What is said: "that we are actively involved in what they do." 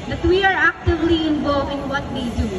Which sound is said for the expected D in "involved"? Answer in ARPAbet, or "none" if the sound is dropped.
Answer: none